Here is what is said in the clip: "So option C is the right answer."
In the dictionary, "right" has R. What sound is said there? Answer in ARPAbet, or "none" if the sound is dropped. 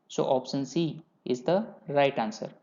R